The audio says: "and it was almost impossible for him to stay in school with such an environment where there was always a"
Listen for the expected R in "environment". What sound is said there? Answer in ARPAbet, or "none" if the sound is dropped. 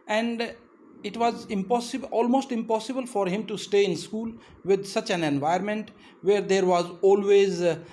none